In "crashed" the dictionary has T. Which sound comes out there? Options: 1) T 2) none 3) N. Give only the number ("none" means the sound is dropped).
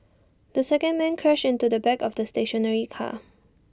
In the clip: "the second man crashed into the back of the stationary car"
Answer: 2